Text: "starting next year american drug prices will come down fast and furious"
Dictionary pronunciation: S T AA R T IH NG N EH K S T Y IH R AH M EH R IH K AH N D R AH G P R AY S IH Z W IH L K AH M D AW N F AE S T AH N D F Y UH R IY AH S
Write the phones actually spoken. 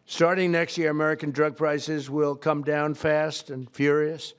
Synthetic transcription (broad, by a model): S T AA R T IH NG N EH K S T Y IH R AH M EH R IH K AH N D R AH G P R AY S IH Z W IH L K AH M D AW N F AE S T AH N F Y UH R IY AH S